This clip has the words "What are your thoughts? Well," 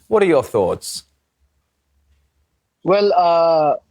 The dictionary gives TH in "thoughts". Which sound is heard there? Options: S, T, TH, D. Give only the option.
TH